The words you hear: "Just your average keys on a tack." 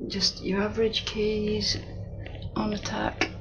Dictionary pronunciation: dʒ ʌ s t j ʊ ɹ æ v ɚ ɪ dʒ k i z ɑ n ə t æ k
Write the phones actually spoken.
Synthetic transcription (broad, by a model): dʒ ʌ s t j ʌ ɹ æ v ɚ ɪ dʒ k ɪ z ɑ n ə t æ k